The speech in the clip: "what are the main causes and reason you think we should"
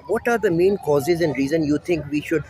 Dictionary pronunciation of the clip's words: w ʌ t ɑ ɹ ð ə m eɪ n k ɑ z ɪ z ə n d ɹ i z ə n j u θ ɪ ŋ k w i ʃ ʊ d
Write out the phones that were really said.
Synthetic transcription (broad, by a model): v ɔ t ɑ ɹ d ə m eɪ n k ɑ z ɪ z ə n d ɹ i z ə n j u t ɪ ŋ k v i ʃ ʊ d